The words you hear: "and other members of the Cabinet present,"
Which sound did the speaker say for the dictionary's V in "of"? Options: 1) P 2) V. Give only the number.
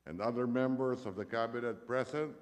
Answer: 2